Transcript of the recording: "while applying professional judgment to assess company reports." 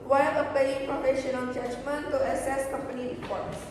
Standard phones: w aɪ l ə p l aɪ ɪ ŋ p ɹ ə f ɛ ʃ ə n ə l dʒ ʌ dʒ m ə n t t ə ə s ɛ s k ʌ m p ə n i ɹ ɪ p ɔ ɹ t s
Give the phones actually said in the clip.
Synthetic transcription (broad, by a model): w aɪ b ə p aɪ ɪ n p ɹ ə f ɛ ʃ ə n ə n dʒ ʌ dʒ m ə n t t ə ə s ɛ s k ʌ m p ə n i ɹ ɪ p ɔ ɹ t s